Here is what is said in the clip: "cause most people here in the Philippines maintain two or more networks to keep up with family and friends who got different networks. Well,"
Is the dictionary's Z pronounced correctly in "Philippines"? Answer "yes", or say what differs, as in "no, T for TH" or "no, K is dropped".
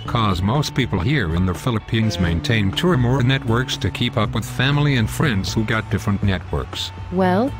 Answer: yes